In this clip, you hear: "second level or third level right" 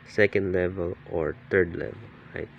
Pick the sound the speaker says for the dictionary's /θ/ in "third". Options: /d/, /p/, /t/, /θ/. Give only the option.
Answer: /t/